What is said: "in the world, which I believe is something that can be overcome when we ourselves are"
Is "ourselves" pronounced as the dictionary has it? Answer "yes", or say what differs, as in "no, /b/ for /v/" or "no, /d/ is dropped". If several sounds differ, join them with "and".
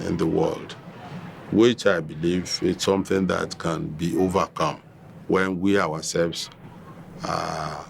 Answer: no, /w/ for /ɹ/